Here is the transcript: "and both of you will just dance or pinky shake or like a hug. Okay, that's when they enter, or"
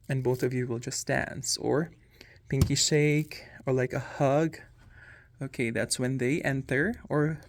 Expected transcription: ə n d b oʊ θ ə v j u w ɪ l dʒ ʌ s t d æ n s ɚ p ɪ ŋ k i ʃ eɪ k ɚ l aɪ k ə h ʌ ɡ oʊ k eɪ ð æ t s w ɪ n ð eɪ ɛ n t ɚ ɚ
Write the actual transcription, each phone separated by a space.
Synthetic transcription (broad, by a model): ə n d b oʊ θ ə v j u w ɪ l dʒ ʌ s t d æ n s ɚ p ɪ ŋ k i ʃ eɪ k ɚ l aɪ k ə h ʌ ɡ oʊ k eɪ ð æ t s w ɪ n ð eɪ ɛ n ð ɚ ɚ